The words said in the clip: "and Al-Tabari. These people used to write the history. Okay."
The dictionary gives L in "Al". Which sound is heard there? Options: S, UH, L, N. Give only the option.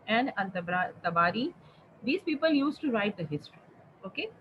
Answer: N